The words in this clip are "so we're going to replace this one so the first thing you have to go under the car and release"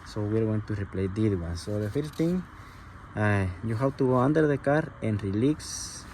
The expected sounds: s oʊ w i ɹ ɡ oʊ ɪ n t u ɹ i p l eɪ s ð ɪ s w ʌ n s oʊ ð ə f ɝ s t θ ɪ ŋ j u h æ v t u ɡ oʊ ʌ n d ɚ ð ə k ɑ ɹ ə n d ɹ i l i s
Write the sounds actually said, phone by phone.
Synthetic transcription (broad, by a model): s oʊ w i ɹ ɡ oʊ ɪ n t u ɹ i p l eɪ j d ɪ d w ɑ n s oʊ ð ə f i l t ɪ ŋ j u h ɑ w t u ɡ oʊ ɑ n d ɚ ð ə k ɑ ɹ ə n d ɹ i l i s